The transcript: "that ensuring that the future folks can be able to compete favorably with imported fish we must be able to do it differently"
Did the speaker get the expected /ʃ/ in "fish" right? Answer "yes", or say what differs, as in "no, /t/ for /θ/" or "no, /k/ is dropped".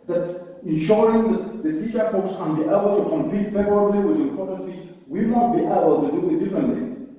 no, /s/ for /ʃ/